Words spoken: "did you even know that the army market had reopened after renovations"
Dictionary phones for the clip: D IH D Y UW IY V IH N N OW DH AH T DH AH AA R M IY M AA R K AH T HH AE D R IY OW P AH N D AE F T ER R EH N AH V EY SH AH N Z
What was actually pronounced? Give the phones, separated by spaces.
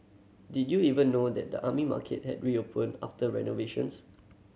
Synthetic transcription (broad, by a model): D IH D Y UW IY V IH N N OW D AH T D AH AA M IY M AA K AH T HH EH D R IY OW P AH N AA F T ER R EH N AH V EY SH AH N S